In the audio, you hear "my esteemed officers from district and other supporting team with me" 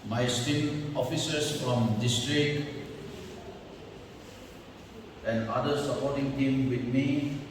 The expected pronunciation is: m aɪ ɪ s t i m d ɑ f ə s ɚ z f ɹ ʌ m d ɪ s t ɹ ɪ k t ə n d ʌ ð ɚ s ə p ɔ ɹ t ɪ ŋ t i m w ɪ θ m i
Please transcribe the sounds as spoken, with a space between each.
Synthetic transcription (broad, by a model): m aɪ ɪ s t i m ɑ f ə s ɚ s f ɹ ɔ m d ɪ s t ɹ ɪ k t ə n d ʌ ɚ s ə p ɔ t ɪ ŋ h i m w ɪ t m i